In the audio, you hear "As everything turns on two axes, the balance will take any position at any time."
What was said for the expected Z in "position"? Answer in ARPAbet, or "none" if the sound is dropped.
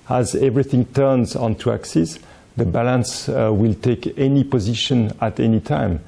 Z